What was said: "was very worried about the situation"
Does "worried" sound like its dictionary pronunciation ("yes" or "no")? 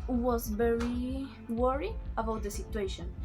no